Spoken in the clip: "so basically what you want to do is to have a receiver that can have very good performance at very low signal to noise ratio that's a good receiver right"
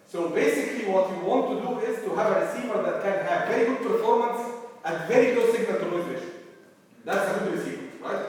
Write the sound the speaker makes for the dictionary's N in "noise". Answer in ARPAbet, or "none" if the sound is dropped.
L